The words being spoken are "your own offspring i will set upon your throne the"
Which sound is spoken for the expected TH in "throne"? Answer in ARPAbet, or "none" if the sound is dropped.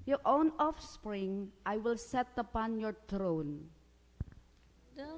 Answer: T